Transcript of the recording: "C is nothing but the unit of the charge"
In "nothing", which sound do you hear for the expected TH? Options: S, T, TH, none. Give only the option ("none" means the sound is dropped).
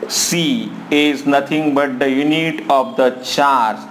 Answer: T